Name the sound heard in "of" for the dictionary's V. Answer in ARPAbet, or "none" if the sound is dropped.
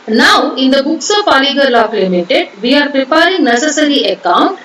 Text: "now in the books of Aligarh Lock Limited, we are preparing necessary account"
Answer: P